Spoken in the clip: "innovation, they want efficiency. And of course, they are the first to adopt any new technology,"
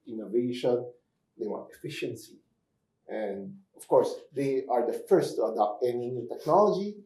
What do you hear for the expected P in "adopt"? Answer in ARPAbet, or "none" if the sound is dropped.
P